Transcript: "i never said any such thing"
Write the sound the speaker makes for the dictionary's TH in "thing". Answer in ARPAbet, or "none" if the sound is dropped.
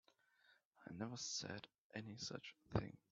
TH